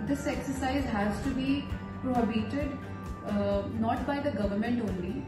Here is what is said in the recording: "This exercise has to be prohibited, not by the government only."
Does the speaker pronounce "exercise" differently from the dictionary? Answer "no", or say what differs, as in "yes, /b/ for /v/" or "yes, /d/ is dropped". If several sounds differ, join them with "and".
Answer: no